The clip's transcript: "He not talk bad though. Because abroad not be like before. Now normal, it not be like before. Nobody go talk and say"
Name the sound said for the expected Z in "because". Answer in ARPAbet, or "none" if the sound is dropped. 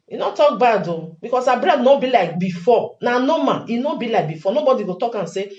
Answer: S